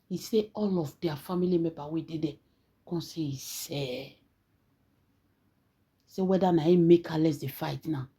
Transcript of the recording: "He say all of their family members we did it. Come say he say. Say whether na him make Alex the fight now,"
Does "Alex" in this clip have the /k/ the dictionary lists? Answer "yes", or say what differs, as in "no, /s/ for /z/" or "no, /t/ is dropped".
no, /k/ is dropped